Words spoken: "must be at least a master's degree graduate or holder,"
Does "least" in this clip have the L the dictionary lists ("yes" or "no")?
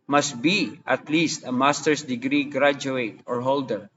yes